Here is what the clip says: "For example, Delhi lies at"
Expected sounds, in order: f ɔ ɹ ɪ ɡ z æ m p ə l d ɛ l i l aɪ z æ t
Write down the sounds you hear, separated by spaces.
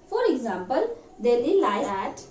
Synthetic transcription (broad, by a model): f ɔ ɹ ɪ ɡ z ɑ m p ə l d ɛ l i l aɪ æ t